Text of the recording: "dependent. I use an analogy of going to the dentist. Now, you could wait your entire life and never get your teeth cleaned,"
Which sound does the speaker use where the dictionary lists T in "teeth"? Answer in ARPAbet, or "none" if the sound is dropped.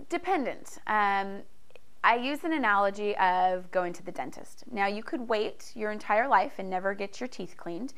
T